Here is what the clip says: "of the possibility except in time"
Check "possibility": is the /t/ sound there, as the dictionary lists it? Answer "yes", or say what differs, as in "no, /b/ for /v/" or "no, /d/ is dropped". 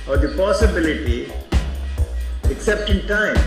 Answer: yes